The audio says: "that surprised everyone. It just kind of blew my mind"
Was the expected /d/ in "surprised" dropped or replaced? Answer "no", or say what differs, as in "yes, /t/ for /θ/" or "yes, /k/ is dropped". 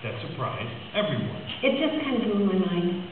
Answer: yes, /d/ is dropped